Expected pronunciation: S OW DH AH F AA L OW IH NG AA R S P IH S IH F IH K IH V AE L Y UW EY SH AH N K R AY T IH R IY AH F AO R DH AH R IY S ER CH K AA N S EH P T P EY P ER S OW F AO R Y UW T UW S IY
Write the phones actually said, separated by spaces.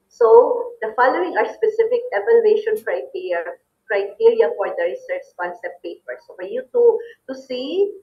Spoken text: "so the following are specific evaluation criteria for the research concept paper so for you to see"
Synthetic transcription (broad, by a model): S OW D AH F AA L OW IH NG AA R S P IH S IH F IH K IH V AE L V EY SH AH N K R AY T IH R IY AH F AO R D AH R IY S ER S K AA N S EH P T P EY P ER S OW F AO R Y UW T UW S IY